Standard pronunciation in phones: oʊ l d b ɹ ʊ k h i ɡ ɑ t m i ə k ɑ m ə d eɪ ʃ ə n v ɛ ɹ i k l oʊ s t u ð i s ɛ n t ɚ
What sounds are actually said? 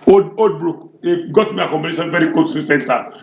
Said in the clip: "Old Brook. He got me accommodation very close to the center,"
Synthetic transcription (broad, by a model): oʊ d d b ɹ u k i ɡ ɑ t m i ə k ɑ m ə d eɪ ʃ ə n v ɛ ɹ i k oʊ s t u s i s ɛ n t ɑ